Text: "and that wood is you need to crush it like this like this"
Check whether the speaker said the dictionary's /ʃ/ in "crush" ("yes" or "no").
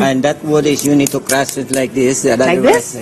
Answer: no